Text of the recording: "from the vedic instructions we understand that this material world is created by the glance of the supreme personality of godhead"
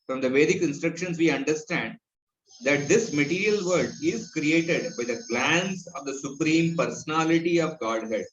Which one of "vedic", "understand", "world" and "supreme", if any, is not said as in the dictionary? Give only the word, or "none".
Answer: world